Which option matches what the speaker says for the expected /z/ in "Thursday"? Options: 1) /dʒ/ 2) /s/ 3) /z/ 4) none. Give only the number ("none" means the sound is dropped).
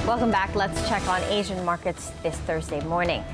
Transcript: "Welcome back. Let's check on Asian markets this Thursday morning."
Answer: 3